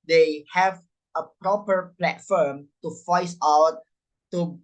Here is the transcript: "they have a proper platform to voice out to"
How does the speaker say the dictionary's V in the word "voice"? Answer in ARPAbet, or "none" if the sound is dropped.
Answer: F